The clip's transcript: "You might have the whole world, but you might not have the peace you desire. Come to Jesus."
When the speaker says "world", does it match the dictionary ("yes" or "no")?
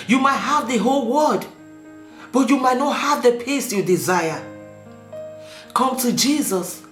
no